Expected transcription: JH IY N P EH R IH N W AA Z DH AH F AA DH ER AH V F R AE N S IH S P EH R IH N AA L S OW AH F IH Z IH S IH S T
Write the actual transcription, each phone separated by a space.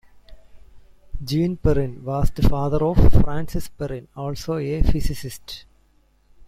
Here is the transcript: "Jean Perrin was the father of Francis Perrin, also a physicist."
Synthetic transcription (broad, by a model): JH IY N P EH R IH N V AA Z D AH F AA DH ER AH V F R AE N S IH S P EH R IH N AA L S OW AH F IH S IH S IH S T